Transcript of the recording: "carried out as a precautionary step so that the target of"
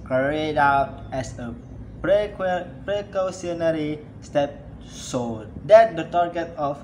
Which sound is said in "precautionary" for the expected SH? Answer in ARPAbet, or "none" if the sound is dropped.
S